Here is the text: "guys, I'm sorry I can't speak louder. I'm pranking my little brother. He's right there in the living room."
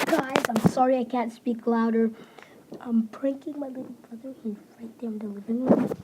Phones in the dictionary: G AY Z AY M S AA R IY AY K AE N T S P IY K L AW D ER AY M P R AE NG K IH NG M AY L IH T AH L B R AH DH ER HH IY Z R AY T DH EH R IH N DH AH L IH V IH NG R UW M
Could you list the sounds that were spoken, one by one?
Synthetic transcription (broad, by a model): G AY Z AY M S AA R IY AY K AE N T S P IY K L AW D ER AY M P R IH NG K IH NG M AY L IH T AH B R AH DH ER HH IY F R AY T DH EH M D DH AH W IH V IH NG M